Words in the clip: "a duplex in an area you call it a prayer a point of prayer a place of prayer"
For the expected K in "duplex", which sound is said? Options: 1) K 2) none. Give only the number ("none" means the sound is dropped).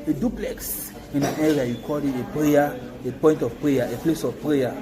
1